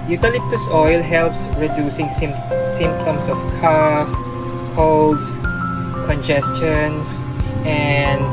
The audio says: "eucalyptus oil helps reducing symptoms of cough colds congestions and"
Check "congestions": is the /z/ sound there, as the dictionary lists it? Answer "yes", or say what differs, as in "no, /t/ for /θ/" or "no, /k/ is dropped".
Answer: no, /s/ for /z/